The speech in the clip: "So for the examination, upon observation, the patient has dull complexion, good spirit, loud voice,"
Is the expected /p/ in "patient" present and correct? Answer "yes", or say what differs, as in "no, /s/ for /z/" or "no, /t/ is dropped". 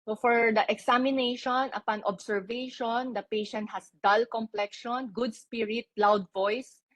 yes